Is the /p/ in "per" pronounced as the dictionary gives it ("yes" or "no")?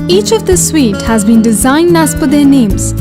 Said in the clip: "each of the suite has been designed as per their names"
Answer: no